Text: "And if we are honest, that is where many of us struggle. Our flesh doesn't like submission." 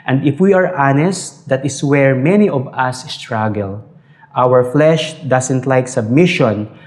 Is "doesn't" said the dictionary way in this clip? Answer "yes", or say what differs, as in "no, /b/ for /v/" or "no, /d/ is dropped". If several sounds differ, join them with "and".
no, /s/ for /z/